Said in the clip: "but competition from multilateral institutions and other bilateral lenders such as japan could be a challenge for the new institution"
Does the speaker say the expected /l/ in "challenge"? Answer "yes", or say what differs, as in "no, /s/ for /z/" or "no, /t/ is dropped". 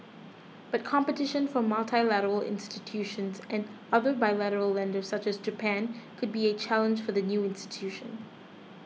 yes